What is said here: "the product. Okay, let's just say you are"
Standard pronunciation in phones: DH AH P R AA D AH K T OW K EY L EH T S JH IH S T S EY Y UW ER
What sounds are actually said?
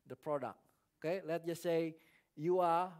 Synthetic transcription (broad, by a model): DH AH P R AA D AH K T OW K EY L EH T JH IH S S EY Y UW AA